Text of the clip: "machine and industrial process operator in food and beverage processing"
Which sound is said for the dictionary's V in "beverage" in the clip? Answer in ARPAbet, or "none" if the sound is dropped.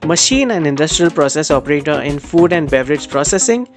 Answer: V